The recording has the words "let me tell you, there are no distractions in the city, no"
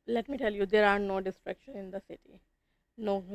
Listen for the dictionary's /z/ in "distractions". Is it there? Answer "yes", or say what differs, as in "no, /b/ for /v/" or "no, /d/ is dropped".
no, /z/ is dropped